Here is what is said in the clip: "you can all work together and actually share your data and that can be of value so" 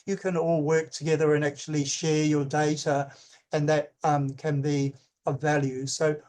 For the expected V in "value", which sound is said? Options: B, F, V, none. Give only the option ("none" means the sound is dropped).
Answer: V